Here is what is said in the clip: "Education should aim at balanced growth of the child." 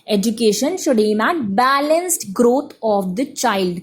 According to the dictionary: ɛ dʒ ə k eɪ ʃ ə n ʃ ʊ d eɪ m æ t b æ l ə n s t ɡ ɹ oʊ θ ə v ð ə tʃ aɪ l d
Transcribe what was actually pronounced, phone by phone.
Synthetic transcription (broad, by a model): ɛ dʒ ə k eɪ ʃ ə n ʃ ʊ d eɪ m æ b æ l ə n s t ɡ ɹ oʊ t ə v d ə tʃ aɪ l d